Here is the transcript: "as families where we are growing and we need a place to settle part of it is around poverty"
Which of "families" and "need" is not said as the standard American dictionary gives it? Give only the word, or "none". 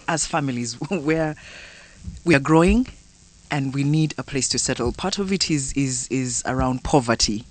none